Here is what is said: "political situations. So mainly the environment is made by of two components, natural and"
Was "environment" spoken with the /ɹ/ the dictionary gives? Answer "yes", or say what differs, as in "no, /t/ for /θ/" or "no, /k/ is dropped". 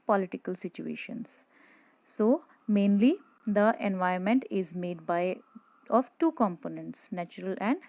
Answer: no, /ɹ/ is dropped